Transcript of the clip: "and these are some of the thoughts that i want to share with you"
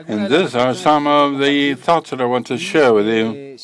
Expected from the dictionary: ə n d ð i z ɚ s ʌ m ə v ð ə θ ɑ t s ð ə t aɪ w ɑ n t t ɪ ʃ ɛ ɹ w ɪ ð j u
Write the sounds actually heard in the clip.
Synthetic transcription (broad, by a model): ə n ð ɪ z ɚ s ʌ m ə v ð ə θ ɑ t s ð ə t aɪ w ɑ n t t ɪ ʃ ɛ ɹ w ɪ ð j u